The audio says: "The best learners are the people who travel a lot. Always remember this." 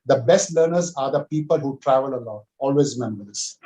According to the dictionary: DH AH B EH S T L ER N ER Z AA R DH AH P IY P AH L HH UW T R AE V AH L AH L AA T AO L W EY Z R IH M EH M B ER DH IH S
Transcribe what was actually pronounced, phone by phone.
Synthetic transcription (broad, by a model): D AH B EH S T L ER N ER Z AA R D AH P IY P AH L HH UW T R AE V AH L AH L AA T AO L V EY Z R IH M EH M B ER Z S